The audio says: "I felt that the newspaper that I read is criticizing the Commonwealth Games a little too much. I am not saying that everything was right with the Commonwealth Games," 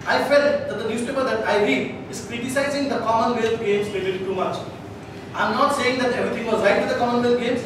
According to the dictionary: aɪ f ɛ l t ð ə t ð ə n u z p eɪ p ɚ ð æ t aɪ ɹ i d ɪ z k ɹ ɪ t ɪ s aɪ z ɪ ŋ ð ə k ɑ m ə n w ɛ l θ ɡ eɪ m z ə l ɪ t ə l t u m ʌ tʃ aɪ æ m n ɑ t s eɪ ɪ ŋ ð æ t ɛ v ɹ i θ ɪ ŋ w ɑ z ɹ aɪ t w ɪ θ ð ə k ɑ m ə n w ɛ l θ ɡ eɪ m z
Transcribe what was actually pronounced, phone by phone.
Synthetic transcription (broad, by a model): aɪ f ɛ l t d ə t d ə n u s p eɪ p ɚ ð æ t aɪ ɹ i ɪ z k ɹ ɪ t ɪ s aɪ z ɪ ŋ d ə k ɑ m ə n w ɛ l ɡ eɪ m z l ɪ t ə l t u m ʌ tʃ aɪ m n ɑ t s eɪ ɪ ŋ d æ t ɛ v ɹ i t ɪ ŋ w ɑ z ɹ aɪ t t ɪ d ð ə k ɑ m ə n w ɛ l ɡ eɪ m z